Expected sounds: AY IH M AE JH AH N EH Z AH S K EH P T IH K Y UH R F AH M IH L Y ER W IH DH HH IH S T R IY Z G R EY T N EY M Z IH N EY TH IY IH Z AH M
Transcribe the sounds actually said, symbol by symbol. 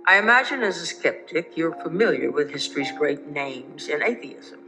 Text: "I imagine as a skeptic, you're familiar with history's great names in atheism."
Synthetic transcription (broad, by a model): AY IH M AE JH AH N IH Z AH S K EH P T IH K Y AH R F AH M IH L Y ER W IH DH HH IH S T R IY Z G R EY T N EY M Z IH N EY TH IY IH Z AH M